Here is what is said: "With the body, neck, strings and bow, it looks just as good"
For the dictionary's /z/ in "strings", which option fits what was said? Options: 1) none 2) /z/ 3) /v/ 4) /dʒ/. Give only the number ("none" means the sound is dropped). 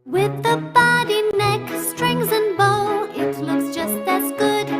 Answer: 2